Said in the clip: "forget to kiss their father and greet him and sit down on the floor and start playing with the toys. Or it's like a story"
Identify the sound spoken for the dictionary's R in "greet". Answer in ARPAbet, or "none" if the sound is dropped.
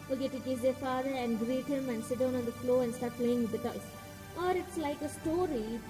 R